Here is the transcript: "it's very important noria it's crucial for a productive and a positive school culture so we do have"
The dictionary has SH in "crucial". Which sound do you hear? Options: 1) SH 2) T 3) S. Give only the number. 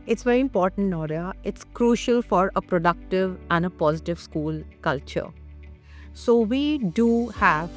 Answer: 1